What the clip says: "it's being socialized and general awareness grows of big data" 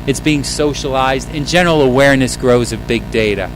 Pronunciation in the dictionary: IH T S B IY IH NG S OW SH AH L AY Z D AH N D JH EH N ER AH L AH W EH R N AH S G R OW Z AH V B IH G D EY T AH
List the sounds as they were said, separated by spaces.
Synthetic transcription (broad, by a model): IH T S B IY IH NG S OW SH AH L AY Z D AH N JH EH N ER L AH W EH R N AH S G R OW Z AH V B IH G D EY T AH